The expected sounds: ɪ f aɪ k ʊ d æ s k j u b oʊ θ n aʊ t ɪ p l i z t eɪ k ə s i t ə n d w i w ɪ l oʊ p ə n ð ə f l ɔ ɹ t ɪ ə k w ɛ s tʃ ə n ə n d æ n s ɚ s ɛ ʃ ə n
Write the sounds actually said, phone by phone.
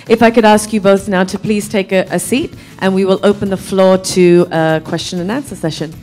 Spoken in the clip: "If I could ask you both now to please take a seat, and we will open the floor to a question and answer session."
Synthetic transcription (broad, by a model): ɪ f aɪ k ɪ d æ s k j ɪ b oʊ θ n aʊ t ɪ p l i z t eɪ k ə s i t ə n w i w ɪ l oʊ p ə n ð ə f l ɔ ɹ t ɪ ə k w ɛ s tʃ ə n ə n æ n s ɚ s ɛ ʃ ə n